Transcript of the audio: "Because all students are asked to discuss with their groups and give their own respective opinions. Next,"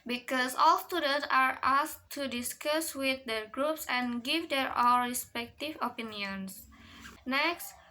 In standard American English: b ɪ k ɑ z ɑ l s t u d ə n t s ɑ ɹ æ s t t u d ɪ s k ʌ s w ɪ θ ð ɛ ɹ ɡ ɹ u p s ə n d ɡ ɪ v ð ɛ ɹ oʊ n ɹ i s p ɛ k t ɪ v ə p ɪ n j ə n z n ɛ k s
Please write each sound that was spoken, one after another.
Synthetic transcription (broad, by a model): b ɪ k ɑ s ɑ l s t u d ə n t s ɑ ɹ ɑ s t t u d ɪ s k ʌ s w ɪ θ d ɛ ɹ ɡ ɹ u p s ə n ɡ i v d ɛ ɹ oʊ l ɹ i s p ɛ k t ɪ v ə p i n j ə n s n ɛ k s